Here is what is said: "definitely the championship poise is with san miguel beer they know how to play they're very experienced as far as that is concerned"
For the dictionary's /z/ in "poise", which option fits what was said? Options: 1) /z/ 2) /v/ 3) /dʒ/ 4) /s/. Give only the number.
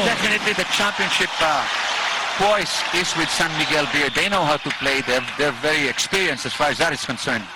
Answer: 4